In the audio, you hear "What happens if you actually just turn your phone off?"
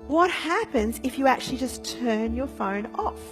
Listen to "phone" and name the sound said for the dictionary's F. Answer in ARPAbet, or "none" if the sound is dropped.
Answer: F